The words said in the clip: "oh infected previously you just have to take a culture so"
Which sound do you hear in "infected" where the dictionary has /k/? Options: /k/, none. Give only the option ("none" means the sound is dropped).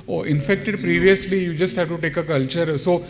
/k/